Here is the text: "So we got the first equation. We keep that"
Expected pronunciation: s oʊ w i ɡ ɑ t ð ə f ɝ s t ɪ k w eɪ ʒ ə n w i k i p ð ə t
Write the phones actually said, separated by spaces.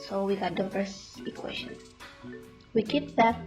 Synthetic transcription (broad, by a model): s oʊ w i ɡ ɑ t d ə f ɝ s ɪ k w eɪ ʃ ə n w i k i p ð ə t